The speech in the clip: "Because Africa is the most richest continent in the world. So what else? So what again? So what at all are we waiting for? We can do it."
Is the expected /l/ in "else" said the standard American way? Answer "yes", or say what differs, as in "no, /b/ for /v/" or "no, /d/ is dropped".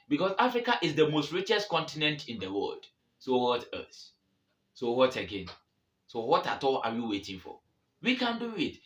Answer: no, /l/ is dropped